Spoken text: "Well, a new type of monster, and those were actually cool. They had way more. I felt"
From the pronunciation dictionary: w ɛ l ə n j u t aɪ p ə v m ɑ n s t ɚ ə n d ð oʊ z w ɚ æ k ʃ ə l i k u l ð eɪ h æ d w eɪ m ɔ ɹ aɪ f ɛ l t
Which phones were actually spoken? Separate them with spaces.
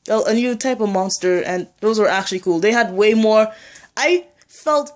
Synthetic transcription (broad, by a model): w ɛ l ə n j u t aɪ p ə v m ɑ n s t ɚ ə n ð oʊ z w ɚ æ k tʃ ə l i k u l ð eɪ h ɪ d w eɪ m ɔ ɹ aɪ f ɛ l t